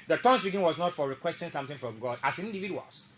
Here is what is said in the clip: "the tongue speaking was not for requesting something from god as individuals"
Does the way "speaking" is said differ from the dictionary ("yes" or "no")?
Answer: yes